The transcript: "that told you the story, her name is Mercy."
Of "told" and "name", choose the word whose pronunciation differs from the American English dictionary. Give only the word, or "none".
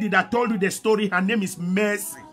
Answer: none